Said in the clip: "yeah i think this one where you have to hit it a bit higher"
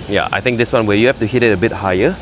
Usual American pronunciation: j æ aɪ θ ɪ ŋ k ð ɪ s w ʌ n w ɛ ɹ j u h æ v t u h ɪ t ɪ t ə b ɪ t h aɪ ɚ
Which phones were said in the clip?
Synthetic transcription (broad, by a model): j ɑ aɪ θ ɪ ŋ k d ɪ s w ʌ n w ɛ j u h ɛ f t u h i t ɪ t ə b ɪ t h aɪ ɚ